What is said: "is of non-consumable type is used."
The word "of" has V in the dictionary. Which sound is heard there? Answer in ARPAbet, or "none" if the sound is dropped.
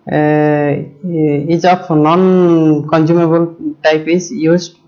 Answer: P